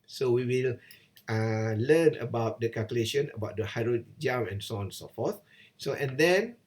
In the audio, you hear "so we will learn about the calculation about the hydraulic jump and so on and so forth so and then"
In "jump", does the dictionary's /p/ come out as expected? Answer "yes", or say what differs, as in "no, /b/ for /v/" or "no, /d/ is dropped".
no, /p/ is dropped